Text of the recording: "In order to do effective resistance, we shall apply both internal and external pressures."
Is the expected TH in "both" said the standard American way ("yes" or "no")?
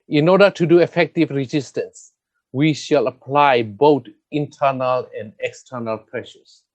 no